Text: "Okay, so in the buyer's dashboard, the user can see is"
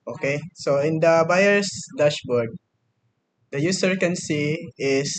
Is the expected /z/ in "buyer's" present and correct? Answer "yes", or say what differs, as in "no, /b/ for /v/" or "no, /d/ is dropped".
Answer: no, /s/ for /z/